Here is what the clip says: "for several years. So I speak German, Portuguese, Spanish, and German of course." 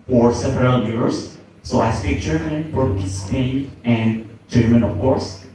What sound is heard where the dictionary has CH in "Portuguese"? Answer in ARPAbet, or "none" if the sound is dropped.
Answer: none